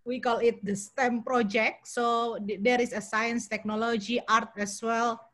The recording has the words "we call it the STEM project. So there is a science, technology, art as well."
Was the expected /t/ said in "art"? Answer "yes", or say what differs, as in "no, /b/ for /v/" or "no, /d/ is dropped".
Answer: yes